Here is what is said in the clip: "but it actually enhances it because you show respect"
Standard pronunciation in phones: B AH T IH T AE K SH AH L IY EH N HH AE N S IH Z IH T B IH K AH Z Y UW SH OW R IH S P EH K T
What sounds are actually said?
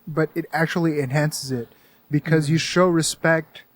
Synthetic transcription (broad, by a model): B AH T IH T AE K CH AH L IY EH N HH AE N S IH Z IH T B IH K AH Z Y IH SH OW R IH S P EH K T